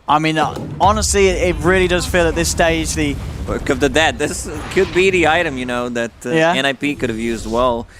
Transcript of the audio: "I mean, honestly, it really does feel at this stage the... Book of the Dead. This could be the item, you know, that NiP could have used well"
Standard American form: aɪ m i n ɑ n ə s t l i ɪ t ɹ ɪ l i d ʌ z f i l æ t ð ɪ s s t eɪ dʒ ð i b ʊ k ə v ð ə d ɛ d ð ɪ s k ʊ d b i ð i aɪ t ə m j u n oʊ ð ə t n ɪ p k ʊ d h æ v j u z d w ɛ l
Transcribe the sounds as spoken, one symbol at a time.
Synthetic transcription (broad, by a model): aɪ m i n ɑ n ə s t l i ɪ t ɹ ɪ l i d ʌ z f i l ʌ t ð ɪ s s t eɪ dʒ ð i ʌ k ə v ð ə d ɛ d ð ɪ s k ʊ d b i ð i aɪ t ə m j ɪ n oʊ ð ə t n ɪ p k ʊ d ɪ v j u z d w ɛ l